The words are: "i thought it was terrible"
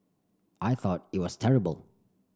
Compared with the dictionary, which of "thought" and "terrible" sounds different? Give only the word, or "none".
none